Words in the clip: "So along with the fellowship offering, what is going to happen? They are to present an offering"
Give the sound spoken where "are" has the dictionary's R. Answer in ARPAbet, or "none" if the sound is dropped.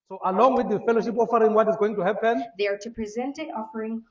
R